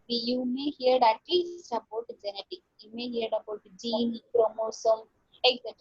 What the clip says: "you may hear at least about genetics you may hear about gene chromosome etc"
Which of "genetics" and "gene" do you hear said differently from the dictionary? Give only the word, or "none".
genetics